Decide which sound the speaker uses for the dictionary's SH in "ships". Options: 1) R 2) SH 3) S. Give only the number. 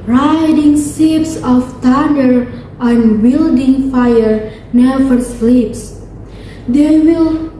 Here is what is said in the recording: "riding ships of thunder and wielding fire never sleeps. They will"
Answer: 3